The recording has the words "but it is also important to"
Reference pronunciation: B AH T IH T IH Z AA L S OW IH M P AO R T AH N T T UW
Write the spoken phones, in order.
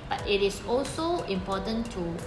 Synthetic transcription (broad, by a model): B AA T IH T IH S AA L S OW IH M P AO T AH N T T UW